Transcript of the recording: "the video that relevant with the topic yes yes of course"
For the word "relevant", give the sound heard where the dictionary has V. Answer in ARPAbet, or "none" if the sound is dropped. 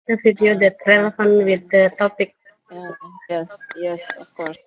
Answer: F